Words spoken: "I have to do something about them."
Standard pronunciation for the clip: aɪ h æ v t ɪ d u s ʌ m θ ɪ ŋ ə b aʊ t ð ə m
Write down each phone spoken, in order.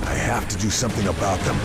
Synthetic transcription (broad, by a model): aɪ h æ f t ɪ d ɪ s ʌ m θ ɪ ŋ ə b aʊ t ð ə m